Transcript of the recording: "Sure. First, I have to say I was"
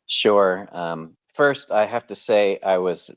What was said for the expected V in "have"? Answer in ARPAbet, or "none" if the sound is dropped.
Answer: F